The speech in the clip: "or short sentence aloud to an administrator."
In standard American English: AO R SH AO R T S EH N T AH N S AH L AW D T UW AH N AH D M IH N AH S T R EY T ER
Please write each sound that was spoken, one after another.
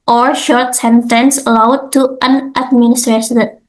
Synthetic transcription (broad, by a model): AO R SH AO R T S EH N T AH N S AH L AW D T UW AH N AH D M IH N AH S T R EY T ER